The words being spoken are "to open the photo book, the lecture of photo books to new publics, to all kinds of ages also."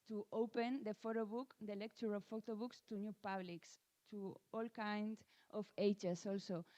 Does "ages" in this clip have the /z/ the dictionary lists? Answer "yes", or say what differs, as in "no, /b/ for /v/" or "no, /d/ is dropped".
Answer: no, /s/ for /z/